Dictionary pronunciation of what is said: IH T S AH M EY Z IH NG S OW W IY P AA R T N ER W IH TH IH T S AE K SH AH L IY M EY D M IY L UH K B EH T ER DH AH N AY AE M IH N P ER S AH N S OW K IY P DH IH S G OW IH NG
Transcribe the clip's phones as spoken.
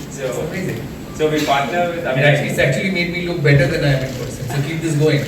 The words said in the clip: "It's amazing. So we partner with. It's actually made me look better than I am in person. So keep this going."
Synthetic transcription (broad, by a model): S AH AO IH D S OW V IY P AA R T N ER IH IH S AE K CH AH L IY M EY D M IY L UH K B EH T ER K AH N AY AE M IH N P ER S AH S OW K IY P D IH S G OW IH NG